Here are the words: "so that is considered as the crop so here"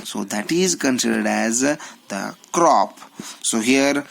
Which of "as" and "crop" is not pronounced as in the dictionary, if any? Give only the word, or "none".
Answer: none